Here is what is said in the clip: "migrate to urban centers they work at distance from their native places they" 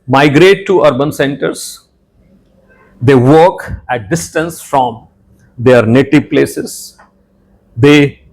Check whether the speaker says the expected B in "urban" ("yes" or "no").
yes